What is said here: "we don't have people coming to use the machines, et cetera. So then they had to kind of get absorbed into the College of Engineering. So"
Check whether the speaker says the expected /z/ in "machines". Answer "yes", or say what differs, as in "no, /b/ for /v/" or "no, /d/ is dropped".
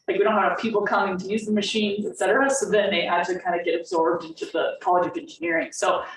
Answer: yes